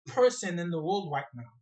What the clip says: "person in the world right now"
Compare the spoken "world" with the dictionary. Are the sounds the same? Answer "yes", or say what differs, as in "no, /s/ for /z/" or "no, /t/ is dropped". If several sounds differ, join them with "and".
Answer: yes